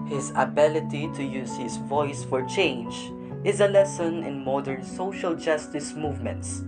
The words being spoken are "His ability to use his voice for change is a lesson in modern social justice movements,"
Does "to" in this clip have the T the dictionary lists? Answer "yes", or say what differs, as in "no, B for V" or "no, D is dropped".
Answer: yes